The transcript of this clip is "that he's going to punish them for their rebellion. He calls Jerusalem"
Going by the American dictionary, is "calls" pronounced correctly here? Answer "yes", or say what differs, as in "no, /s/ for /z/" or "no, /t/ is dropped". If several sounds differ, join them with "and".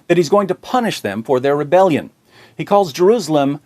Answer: yes